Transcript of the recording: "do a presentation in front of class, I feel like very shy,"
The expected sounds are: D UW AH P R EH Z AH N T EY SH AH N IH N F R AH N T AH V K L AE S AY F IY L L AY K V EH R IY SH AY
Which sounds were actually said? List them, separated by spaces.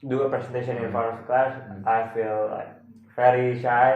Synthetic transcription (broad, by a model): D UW AH P R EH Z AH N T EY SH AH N IH N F AO T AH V K L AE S AY F IY L L AY K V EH R IY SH AY